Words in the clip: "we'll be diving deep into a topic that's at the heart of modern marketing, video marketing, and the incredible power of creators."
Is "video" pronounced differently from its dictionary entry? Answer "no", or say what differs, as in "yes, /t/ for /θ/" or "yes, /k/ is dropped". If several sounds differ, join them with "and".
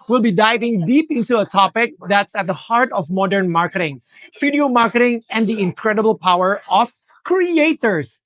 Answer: yes, /f/ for /v/